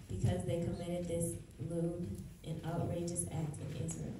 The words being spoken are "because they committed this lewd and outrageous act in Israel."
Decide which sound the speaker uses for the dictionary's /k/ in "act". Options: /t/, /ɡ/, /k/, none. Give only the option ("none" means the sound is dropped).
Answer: /k/